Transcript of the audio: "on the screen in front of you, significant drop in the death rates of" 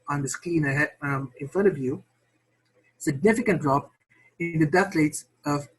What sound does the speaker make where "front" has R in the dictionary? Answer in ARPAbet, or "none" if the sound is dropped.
none